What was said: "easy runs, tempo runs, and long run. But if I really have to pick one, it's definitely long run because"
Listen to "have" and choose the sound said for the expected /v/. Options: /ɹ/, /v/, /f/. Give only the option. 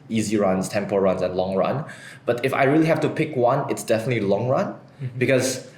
/f/